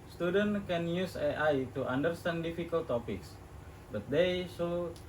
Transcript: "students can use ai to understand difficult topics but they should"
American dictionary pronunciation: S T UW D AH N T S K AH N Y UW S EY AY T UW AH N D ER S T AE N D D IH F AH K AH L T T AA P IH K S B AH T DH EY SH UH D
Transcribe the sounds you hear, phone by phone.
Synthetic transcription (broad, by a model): S T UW D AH N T K AH N Y UW S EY AY T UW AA N D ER S T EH N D D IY F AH K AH L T T AA P IH K S B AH T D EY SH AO